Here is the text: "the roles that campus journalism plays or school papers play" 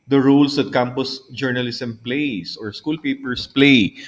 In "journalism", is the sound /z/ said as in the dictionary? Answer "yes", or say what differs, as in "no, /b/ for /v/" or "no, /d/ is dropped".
no, /s/ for /z/